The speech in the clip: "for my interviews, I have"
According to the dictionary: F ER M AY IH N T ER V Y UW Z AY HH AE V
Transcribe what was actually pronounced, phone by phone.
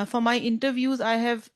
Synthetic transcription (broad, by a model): F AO M AY IH N T ER V Y UW Z AY HH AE V